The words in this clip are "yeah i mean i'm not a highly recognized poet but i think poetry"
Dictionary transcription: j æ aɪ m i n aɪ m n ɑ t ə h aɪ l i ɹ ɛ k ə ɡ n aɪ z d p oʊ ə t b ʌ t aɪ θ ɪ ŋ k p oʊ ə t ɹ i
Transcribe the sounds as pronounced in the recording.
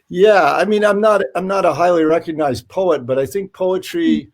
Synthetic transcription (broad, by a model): j æ aɪ m i n aɪ m n ɑ t ə h aɪ l i ɹ ɛ k ə ɡ n aɪ z d p oʊ ə t b ʌ t aɪ θ ɪ ŋ k p oʊ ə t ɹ i